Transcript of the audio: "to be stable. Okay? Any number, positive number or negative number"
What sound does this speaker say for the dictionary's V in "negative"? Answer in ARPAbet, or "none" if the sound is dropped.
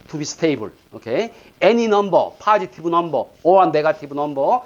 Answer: B